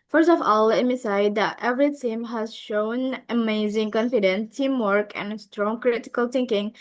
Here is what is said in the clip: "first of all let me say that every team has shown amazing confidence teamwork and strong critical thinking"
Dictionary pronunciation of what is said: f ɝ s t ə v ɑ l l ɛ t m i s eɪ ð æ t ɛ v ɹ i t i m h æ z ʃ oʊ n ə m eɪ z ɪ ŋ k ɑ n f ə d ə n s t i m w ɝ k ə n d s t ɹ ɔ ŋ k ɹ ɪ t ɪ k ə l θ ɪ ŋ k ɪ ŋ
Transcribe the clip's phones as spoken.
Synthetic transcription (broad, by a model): f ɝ s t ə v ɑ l l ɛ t m i s eɪ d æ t ɛ v ɹ i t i m h æ z ʃ oʊ n ə m eɪ z ɪ ŋ k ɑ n f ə d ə n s t i m w ɝ k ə n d s t ɹ ɔ ŋ k ɹ ɪ t ɪ k ə l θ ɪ ŋ k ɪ ŋ